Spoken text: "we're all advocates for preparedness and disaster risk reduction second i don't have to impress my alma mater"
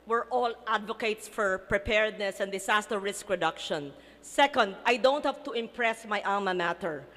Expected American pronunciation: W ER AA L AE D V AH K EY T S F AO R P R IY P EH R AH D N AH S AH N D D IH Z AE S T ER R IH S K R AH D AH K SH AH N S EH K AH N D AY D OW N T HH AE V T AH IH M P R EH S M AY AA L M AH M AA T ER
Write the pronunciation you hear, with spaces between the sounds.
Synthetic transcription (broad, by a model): W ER AA L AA D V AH K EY T S F AO R P R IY P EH R D N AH S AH N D D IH S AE S T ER R IH S K R AH D AH K SH AH N S EH K AH N D AY D OW N T HH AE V T AH IH M P R EH S M AY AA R M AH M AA T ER